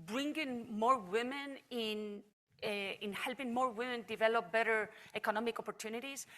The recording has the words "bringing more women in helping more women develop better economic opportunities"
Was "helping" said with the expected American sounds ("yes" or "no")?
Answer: yes